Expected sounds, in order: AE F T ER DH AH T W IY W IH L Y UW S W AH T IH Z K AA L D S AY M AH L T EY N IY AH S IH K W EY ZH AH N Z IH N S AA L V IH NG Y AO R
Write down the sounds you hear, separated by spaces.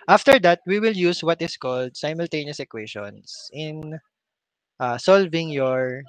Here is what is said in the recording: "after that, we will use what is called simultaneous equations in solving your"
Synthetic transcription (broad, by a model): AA F T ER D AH T W IY W IH L Y UW S W AH T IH S K AA L D S AY M AH L T EY N IY AH S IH K W EY SH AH N S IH N S AA L V IH NG Y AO R